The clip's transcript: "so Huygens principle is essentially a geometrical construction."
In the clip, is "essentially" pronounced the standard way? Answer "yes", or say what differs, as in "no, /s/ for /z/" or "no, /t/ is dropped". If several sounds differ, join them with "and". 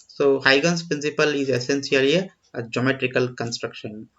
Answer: no, /s/ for /ʃ/